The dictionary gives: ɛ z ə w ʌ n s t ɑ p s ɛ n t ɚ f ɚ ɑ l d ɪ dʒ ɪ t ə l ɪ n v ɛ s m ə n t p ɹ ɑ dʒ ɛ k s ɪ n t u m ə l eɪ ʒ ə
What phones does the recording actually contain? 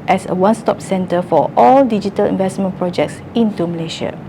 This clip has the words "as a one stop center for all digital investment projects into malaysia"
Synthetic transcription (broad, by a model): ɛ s ə w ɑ n s t ɑ p s ɛ n t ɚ f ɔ ɑ l d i dʒ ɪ t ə l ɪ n v ɛ s m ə n p ɹ ɑ dʒ ɛ k s ɪ n t u m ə l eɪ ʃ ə